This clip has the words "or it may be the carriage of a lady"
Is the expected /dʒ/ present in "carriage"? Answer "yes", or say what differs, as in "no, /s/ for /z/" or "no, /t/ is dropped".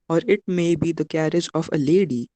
yes